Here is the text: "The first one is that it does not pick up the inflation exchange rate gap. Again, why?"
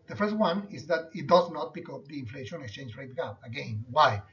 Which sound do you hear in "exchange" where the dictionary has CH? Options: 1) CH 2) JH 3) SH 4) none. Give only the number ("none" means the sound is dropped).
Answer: 1